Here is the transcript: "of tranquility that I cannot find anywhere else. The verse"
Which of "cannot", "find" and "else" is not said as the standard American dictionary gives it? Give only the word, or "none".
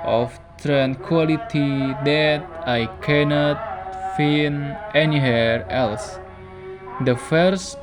find